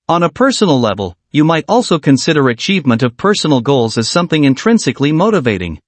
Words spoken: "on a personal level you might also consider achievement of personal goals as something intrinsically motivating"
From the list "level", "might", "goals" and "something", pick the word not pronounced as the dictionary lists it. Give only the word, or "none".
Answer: none